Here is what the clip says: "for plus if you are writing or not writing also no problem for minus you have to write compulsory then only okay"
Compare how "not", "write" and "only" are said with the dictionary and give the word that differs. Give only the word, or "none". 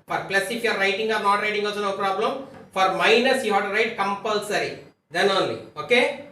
none